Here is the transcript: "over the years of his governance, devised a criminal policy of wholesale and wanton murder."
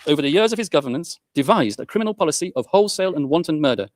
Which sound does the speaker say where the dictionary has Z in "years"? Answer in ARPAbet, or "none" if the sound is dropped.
Z